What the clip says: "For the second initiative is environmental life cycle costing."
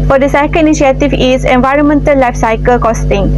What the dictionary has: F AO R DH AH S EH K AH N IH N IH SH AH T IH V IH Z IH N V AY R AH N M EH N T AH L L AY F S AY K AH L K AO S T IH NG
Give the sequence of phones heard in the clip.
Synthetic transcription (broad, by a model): F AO R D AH S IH K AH L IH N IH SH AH T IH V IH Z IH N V AY R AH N M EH N T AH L L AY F S AY K AH L K AO S T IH NG